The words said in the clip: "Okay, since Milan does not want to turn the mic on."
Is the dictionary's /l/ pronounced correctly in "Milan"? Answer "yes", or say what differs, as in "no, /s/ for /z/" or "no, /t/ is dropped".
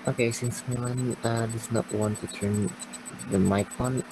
no, /n/ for /l/